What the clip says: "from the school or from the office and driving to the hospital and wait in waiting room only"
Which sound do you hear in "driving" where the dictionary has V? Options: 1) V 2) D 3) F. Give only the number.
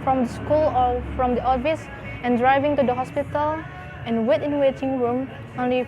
1